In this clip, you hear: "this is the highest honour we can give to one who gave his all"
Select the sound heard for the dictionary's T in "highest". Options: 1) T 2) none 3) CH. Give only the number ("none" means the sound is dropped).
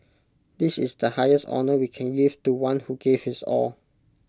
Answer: 1